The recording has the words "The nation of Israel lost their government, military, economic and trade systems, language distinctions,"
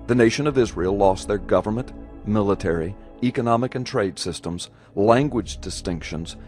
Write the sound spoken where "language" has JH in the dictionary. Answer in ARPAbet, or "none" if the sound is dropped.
JH